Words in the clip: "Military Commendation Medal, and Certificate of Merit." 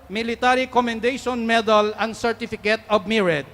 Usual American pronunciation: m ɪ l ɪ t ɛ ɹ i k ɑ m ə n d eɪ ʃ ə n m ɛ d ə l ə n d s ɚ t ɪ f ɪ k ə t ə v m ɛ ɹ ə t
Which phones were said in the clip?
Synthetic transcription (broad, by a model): m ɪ l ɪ t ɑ ɹ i k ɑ m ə n d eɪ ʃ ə n m ɛ d ə l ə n s ɚ t ɪ f ɪ k ə t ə b m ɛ ɹ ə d